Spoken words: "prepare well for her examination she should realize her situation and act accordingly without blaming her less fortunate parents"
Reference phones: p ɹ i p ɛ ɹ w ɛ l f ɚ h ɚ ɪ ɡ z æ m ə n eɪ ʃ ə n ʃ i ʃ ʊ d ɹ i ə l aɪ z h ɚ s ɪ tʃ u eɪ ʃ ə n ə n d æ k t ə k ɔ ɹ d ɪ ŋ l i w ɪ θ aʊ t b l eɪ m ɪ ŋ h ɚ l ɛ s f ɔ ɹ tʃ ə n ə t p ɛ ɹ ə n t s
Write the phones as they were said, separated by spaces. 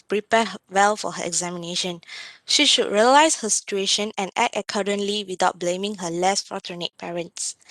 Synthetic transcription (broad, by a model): p ɹ i p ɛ w ɛ l f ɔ h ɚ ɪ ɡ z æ m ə n eɪ ʃ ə n ʃ i ʃ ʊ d ɹ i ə l aɪ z h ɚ s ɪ tʃ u eɪ ʃ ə n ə n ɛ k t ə k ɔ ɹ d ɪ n l i w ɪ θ aʊ t b l eɪ m ɪ ŋ h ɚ l ɛ s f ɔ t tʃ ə n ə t p ɛ ɹ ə n t s